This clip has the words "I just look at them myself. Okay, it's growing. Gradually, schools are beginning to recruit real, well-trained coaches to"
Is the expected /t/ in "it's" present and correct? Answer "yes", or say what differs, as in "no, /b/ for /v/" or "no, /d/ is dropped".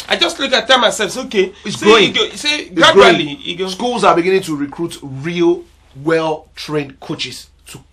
no, /s/ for /t/